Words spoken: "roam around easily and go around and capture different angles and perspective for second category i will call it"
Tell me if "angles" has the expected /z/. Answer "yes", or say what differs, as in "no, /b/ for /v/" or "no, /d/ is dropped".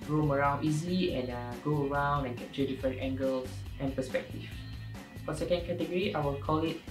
no, /s/ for /z/